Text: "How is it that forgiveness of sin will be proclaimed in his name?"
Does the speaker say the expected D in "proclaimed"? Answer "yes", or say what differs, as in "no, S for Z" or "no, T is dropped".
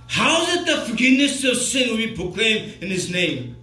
no, D is dropped